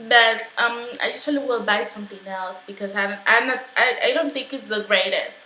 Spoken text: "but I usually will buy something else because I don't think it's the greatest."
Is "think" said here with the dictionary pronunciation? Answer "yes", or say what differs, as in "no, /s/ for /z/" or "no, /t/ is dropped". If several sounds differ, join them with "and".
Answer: yes